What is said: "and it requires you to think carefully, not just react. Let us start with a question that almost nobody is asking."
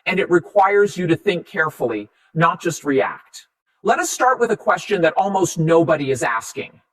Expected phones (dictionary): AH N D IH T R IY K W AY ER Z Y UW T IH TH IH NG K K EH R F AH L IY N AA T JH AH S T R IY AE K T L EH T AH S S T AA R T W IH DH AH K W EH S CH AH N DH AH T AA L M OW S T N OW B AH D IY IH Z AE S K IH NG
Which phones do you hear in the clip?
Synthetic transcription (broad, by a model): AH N IH T R IY K W AY ER Z Y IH T IH TH IH NG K K EH R F L IY N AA T JH AH S T R IY AE K T L EH T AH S S T AA R T W IH DH AH K W EH S CH AH N DH AH T AA L M OW S T N OW B AH D IY IH Z AE S K IH NG